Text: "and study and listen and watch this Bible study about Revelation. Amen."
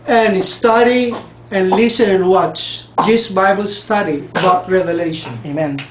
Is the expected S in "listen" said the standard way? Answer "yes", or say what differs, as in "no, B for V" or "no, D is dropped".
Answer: no, S is dropped